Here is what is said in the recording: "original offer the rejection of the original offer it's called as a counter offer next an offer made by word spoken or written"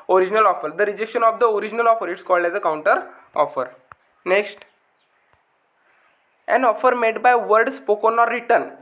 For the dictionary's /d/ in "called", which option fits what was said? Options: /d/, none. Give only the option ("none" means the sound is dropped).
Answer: /d/